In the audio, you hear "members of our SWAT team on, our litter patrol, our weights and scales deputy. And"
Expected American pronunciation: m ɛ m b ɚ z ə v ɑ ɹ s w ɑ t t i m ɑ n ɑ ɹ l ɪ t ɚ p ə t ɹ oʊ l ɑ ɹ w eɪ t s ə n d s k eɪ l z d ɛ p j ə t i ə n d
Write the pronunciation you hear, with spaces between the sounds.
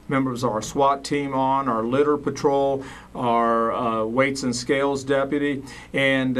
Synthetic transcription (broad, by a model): m ɛ m b ɚ z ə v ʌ ɹ s w ɑ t t i m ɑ n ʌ ɹ l ɪ t ɚ p ə t ɹ oʊ l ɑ ɹ w eɪ t s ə n s k eɪ l z d ɛ p j ə t i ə n